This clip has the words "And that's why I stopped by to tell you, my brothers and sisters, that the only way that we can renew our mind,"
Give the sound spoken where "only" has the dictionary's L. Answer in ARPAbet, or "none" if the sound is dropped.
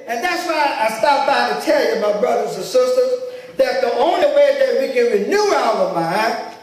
L